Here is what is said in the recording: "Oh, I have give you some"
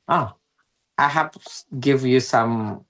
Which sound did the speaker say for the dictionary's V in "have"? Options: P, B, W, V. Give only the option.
P